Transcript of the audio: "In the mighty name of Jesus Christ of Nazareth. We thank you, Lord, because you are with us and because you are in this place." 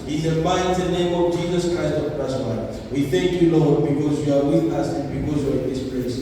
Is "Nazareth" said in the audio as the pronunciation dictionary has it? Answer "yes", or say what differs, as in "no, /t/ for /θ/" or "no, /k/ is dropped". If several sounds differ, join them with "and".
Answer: no, /w/ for /ɹ/